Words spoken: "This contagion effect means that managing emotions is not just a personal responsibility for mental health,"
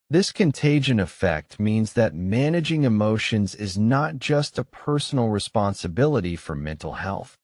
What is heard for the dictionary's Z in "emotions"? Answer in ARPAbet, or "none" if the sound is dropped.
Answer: Z